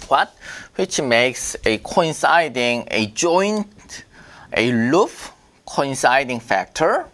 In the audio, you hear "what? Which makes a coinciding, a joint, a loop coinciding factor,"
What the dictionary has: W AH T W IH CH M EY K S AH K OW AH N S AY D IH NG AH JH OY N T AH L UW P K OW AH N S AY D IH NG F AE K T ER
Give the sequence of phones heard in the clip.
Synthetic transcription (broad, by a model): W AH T W IH CH M EY K S AH K OW AH N S AY D IH NG AH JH OY N T AH L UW F K OW AH N S AY D IH NG F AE K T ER